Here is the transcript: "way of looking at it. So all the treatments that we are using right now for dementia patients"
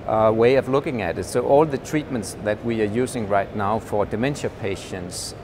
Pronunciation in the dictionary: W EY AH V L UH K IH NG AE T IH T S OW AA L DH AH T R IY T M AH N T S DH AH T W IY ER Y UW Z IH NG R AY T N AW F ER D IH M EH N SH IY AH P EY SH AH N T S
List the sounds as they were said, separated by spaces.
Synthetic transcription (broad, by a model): W EY AH V L UH K IH NG AE T IH T S OW AA L DH AH T R IY T M AH N T S DH AH T W IY ER Y UW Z IH NG R AY T N AW F ER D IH M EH N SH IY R P EY SH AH N T S